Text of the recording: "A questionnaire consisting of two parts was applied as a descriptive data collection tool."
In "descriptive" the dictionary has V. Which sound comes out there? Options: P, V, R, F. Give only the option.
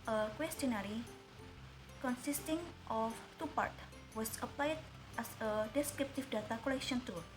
F